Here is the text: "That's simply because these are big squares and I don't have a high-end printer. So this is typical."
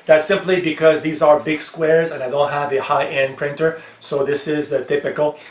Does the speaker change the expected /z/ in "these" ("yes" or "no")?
no